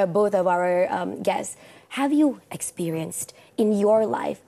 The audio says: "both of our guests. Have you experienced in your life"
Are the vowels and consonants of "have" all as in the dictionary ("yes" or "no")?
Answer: yes